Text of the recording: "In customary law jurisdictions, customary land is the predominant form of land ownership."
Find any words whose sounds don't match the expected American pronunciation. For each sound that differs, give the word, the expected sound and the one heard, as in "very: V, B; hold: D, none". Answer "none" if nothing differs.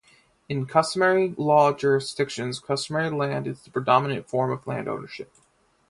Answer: none